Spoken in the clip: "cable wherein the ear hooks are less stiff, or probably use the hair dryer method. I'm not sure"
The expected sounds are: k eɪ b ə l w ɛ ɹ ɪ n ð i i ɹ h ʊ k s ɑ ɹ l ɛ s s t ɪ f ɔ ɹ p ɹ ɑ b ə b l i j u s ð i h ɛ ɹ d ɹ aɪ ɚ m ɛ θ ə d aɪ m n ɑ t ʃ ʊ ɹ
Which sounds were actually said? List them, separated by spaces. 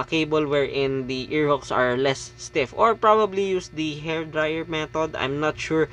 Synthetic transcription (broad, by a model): k eɪ b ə l w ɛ ɹ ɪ n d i i ɹ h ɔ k s ɑ ɹ l ɛ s s t ɪ f ɔ ɹ p ɹ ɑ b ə b l i j u s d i h ɛ ɹ d ɹ aɪ ɚ m ɛ t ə d aɪ m n ɑ t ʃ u ɹ